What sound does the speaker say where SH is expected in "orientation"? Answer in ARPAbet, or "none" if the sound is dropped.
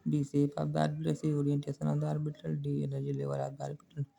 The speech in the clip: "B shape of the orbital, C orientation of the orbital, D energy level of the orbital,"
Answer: S